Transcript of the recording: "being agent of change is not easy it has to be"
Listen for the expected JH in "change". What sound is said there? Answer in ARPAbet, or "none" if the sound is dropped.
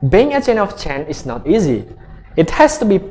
none